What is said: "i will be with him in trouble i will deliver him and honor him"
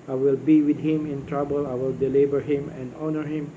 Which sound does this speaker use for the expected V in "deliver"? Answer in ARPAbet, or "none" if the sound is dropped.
B